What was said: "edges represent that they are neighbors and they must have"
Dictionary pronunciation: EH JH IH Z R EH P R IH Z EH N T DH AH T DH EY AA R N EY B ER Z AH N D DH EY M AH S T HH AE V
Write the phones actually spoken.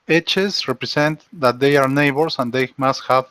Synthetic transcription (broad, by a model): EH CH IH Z R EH P R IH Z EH N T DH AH T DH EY AA R N EY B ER S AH N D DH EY M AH S T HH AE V